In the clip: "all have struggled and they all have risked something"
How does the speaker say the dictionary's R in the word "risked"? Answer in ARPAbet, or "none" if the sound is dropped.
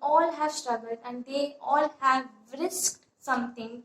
R